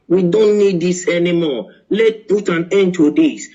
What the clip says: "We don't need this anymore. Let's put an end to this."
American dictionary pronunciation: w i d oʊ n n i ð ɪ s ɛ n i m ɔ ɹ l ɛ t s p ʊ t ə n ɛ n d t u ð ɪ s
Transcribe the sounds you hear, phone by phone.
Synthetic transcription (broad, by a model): w i d oʊ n n i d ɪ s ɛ n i m ɔ l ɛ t p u t ə n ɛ n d t u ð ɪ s